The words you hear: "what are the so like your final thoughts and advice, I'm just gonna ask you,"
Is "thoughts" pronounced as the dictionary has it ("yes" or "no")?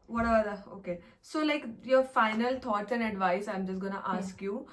no